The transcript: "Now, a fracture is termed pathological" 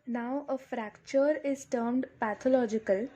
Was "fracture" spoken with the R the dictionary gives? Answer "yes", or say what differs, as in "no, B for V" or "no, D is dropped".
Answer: yes